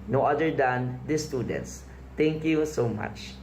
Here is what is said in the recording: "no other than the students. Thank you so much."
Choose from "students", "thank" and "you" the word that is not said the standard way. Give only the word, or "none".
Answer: thank